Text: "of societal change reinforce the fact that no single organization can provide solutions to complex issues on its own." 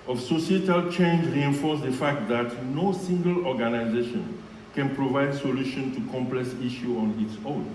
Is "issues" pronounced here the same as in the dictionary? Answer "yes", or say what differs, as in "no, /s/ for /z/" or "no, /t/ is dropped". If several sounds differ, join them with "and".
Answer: no, /z/ is dropped